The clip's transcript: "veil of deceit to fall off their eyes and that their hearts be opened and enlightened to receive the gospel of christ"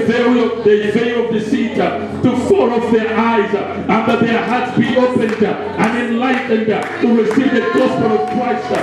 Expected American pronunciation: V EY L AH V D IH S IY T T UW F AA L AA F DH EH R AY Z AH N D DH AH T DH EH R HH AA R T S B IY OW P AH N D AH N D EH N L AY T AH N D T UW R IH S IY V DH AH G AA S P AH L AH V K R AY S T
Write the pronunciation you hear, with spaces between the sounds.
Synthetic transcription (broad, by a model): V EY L AH V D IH S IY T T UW F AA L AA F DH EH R AY Z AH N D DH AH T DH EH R HH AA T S B IY OW P AH N D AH N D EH N L AY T N D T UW R IH S IY V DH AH G AA S P AH L AH V K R AY S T